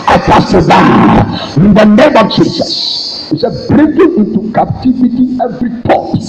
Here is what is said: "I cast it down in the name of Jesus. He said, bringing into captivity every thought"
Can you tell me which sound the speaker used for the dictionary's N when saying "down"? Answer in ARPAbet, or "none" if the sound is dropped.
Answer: none